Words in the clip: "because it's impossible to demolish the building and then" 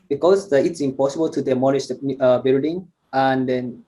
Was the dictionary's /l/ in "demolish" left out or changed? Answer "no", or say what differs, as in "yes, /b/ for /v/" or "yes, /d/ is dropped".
yes, /n/ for /l/